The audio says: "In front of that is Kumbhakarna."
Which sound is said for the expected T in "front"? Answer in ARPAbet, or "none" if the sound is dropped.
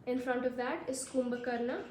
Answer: T